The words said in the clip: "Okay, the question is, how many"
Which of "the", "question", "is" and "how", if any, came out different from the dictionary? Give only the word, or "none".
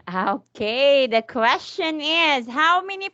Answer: none